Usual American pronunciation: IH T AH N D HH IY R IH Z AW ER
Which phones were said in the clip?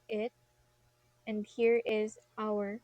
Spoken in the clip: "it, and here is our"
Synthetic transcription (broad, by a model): IH T AH N D HH IY R IH Z AW ER